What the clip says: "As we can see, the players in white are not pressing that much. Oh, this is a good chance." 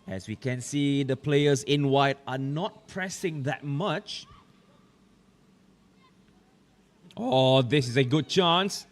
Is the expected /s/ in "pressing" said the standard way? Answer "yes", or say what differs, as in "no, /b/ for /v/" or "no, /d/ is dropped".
yes